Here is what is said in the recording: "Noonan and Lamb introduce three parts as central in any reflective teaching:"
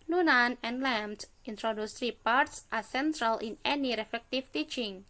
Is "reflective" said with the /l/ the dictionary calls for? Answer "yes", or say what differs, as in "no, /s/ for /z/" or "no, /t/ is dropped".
no, /l/ is dropped